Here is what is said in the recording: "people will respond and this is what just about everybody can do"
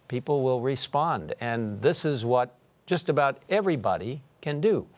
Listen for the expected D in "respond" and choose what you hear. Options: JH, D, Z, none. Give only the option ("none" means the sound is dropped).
D